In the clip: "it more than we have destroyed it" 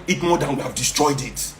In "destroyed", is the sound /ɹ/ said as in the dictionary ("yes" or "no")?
yes